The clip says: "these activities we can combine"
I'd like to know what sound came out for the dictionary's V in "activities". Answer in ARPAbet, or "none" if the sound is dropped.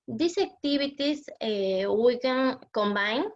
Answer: B